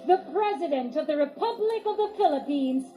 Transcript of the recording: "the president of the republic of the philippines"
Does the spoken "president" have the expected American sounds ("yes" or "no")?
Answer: yes